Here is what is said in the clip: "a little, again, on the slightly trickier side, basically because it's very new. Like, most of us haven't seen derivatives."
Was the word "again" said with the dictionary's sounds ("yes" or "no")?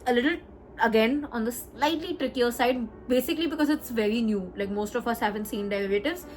yes